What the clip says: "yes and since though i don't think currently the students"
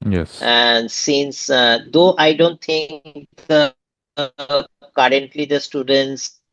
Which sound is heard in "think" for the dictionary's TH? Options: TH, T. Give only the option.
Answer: T